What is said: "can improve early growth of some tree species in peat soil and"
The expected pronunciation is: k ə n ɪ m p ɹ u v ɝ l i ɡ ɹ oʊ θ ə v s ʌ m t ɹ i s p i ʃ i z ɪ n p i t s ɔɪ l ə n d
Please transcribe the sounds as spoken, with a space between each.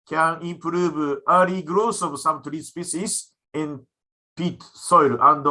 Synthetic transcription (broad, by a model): k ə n ɪ m p ɹ u v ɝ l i ɡ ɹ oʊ s ə v s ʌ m t ɹ i s p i s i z ɪ n p i t s ɔɪ l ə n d